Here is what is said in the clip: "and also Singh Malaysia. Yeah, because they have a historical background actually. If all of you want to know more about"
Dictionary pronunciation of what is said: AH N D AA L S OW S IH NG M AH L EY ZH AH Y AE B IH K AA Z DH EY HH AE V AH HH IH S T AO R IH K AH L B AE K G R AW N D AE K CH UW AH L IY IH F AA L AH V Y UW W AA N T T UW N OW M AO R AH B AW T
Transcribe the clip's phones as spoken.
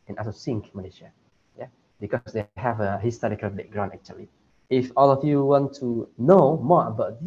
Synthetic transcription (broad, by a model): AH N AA S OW S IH NG M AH L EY SH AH Y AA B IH K AA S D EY HH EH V AH HH IH S T AO R IH K AH L B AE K G R AW N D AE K CH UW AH L IY IH F AA L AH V Y UW W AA N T T UW N OW M AO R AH B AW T